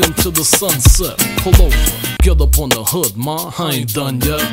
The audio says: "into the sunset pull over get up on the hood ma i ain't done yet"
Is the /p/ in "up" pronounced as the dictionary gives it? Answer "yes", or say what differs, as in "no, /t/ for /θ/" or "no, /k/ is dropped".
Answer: yes